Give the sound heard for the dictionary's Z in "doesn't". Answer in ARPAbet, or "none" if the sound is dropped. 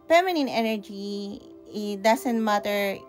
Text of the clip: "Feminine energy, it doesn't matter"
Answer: S